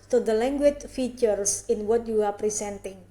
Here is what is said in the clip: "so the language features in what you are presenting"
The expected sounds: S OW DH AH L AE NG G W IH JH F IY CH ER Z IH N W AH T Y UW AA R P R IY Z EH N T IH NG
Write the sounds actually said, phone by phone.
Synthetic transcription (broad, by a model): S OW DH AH L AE NG G W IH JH F IY CH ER S IH N W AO T Y UW AA R P R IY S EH N T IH NG